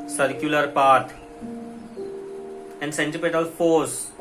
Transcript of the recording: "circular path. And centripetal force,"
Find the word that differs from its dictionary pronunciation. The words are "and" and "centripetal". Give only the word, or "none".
centripetal